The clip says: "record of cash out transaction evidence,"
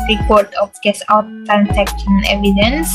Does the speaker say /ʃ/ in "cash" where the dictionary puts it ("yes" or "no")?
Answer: no